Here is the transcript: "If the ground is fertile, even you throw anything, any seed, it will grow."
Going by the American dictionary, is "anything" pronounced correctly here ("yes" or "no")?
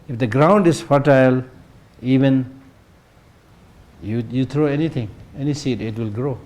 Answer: no